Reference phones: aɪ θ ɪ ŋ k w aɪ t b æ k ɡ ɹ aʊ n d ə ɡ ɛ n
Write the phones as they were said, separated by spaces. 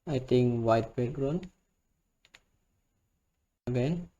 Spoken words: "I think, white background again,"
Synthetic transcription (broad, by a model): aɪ t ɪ ŋ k w aɪ t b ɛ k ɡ ɹ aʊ n ə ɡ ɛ n